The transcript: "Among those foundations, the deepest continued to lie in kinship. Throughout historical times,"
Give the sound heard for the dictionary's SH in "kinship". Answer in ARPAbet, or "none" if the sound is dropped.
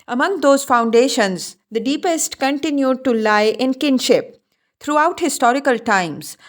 SH